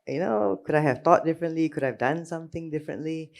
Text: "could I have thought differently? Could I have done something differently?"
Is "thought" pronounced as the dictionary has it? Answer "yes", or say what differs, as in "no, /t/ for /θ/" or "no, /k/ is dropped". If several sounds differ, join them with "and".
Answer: no, /t/ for /θ/